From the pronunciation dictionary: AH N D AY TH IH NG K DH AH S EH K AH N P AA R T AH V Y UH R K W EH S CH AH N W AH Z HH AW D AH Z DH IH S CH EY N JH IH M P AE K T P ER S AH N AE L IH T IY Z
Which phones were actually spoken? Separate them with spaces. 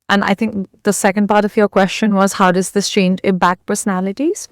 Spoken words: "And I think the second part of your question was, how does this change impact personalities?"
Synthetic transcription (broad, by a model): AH N AY TH IH NG K DH AH S EH K AH N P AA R T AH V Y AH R K W EH S CH AH N W AH Z HH AW D AH Z DH IH S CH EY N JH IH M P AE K P ER S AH N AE L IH T IY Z